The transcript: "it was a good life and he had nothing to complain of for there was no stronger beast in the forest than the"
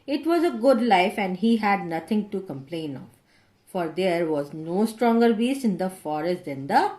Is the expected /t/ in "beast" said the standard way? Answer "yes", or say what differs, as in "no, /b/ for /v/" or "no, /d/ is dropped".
no, /t/ is dropped